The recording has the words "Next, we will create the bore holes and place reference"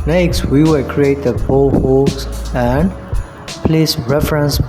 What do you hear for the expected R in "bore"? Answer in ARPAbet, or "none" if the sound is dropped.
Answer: L